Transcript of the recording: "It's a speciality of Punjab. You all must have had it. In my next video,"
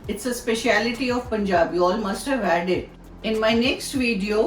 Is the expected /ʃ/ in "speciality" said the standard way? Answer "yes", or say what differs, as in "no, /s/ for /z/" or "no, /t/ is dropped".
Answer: yes